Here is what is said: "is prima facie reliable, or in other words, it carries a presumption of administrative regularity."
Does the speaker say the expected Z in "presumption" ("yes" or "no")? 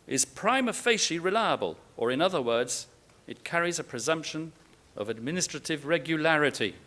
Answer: yes